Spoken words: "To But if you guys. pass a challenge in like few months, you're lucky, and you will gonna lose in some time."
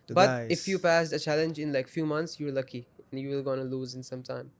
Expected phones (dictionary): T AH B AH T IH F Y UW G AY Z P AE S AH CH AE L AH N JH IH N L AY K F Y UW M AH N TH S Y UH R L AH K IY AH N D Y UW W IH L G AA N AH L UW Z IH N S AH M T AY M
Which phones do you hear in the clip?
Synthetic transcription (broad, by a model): B AH T IH F Y UW P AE S AH CH AE L AH N JH IH N L AY K F Y UW M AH N T S Y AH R L AH K IY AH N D Y UW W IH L G AA N AH L UW Z IH N S AH M T AY M